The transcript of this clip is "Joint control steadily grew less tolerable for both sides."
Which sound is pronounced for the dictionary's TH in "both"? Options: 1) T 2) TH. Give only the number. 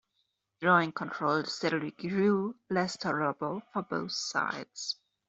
2